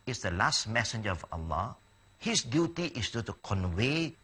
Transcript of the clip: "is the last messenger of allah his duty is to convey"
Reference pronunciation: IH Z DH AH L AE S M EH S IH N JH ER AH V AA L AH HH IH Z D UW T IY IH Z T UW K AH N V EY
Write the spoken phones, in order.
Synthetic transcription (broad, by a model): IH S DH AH L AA S M EH S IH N JH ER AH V AA L AH HH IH S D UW T IY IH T T UW K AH N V EY